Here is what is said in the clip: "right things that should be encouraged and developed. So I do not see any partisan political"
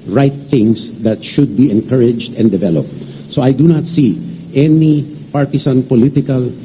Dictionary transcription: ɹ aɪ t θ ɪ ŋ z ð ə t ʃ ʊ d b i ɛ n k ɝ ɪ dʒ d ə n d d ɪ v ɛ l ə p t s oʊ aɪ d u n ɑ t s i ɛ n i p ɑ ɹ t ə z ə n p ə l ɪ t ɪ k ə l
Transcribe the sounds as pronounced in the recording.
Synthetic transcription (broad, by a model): ɹ aɪ t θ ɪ ŋ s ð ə t ʃ ʊ d b i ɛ n k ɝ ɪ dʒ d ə n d d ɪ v ɛ l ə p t s oʊ aɪ d u n ɑ t s i ɛ n i p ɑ ɹ t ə s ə n p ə l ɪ t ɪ k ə l